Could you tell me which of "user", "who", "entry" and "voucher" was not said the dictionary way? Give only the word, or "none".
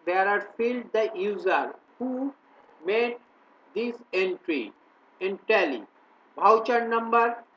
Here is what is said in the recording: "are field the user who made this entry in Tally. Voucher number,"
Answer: voucher